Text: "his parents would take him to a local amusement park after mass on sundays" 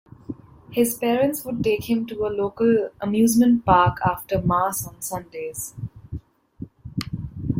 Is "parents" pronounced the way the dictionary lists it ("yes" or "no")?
yes